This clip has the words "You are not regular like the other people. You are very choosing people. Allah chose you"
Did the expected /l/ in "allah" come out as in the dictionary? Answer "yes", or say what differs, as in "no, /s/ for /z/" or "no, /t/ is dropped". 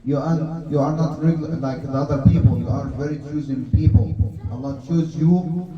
no, /n/ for /l/